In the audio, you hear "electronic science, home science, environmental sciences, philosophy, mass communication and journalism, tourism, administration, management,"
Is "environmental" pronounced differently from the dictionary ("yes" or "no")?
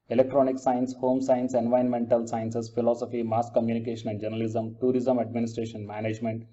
yes